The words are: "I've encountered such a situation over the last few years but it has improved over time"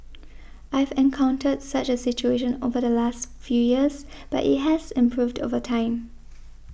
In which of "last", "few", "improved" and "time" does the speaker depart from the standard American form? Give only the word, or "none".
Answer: none